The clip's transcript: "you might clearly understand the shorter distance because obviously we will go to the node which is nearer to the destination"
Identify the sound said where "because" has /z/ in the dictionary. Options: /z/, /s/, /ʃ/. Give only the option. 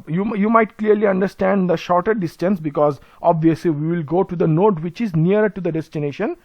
/z/